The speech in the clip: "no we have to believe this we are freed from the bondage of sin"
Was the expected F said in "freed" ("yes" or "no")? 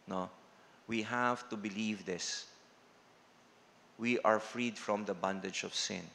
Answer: yes